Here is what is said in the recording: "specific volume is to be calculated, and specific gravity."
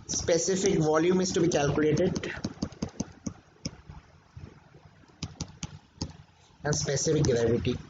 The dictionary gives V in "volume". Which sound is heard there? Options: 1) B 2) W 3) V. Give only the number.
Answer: 3